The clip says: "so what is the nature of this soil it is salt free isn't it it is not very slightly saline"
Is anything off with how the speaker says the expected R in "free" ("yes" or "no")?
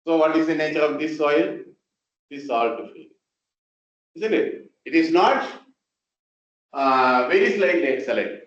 yes